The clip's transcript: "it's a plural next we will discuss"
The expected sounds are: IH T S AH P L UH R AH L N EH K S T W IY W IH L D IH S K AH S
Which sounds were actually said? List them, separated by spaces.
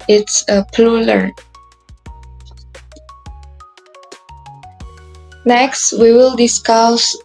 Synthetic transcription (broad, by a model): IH T S AH P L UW L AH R N EH K S T W IY W IH L D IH S K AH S